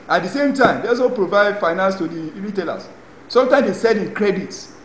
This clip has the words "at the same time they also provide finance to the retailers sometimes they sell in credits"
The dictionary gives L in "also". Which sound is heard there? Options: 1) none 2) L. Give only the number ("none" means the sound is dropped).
1